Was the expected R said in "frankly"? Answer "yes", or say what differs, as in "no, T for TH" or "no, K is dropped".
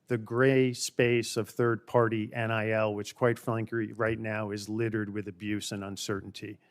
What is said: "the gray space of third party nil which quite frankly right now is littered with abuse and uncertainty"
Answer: no, L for R